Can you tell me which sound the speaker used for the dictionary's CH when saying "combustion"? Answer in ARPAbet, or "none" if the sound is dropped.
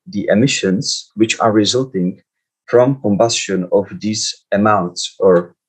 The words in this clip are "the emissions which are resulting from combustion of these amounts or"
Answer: CH